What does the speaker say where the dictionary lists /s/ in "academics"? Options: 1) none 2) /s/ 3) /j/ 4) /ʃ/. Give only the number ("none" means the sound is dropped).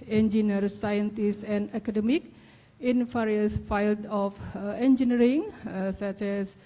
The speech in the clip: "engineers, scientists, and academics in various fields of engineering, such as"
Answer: 1